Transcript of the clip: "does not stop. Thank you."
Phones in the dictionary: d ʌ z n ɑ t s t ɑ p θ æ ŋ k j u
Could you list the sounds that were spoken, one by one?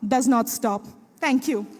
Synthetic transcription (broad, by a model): d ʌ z n ɑ t s t ɑ p t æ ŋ k j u